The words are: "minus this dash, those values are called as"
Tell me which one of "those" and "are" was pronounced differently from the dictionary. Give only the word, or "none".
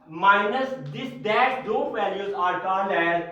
those